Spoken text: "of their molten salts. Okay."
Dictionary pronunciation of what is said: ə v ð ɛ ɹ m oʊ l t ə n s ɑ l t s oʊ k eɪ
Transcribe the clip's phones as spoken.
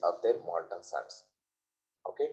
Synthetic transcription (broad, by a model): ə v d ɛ ɹ m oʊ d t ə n s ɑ t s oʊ k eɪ